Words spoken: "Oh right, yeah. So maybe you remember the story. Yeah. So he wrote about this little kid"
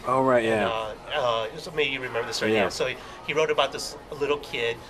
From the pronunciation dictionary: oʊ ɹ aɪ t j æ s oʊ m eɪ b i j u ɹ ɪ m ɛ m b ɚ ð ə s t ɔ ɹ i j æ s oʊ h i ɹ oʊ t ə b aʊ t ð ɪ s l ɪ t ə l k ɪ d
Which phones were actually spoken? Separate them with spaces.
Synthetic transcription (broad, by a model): oʊ ɹ aɪ t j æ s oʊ m eɪ b i j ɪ ɹ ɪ m ɛ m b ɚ ð ə s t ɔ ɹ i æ s oʊ h i ɹ oʊ t ə b aʊ t ð ɪ s l ɪ t l k ɪ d